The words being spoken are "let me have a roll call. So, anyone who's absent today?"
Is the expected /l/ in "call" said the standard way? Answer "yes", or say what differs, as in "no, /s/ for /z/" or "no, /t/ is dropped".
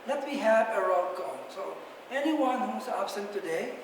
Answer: no, /n/ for /l/